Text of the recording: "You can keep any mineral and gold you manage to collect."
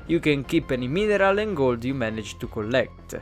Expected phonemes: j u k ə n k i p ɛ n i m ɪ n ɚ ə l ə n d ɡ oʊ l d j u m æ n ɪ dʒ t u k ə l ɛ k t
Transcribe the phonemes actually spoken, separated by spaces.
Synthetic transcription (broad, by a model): j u k ə n k i p ɛ n i m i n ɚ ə l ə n ɡ oʊ l d j u m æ n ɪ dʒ t u k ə l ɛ k t